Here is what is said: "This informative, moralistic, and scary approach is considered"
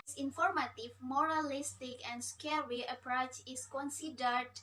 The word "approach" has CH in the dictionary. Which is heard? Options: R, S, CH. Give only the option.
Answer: CH